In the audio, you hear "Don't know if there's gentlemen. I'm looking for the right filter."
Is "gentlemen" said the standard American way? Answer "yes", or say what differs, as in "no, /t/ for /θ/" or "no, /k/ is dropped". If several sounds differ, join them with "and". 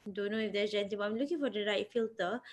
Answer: no, /l/ is dropped